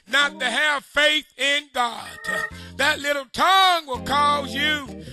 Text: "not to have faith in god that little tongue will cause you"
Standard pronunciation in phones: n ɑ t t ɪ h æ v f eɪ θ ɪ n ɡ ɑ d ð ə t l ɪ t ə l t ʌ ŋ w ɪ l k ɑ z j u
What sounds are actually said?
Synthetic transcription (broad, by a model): n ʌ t t ɪ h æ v f eɪ θ ɪ n ɡ ɑ d ð ə t l ɪ t l t ʌ ŋ w ɪ l k ɑ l j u